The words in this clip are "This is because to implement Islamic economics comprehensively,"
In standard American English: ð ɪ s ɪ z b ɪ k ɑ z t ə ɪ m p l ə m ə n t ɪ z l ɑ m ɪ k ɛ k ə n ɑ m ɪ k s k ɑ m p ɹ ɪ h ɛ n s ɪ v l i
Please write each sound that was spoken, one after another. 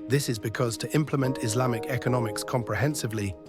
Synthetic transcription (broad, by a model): ð ɪ s ɪ z b ɪ k ɑ z t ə ɪ m p l ə m ə n t ɪ z l ɑ m ɪ k ɛ k ə n ɑ m ɪ k s k ɑ m p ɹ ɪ h ɛ n s ɪ v l i